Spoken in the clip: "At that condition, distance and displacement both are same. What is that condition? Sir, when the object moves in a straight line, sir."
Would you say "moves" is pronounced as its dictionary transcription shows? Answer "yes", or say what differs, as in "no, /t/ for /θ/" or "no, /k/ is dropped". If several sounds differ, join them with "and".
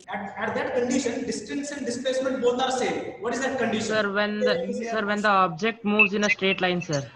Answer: yes